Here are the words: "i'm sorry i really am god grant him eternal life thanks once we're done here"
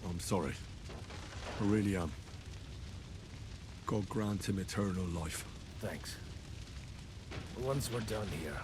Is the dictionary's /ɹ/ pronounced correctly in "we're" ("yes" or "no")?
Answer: yes